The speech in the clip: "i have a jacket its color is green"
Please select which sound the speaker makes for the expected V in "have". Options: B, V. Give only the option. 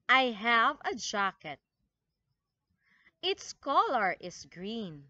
V